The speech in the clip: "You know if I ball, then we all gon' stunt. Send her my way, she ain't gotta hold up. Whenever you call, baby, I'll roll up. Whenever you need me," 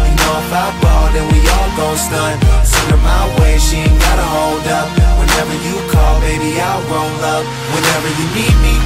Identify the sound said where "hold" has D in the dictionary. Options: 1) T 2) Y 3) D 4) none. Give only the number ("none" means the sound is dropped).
3